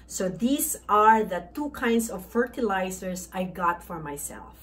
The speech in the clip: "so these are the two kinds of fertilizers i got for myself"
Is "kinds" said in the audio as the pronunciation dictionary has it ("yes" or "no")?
no